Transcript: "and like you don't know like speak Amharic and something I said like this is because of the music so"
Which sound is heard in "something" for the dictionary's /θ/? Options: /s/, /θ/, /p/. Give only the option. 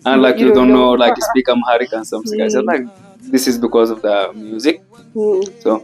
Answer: /s/